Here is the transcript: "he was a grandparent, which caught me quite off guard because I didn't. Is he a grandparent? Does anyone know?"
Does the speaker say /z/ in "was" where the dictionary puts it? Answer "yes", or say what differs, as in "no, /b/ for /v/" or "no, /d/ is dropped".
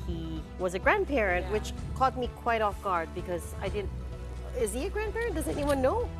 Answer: yes